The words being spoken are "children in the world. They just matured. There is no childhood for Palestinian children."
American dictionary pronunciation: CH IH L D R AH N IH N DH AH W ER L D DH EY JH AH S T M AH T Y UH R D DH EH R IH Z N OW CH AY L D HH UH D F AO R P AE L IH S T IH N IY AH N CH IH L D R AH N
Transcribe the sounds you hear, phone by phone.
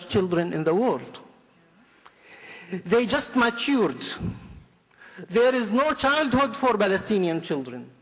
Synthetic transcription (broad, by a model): CH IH L D R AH N IH N DH AH W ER L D DH EY JH AH S T M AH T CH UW R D DH EH R IH Z N OW CH AY L D HH UH D F AO R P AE L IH S T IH N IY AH N CH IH L D R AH N